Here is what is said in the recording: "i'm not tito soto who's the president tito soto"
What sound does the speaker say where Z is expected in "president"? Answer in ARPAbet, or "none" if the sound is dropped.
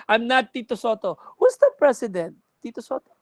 S